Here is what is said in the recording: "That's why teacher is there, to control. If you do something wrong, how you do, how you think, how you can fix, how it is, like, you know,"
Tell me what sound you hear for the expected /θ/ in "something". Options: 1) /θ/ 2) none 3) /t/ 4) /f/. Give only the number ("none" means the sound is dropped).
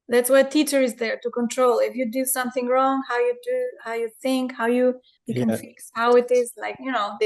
1